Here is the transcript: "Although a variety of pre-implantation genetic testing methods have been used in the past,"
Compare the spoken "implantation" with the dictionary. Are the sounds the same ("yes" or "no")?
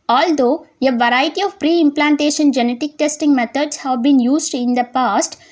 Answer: yes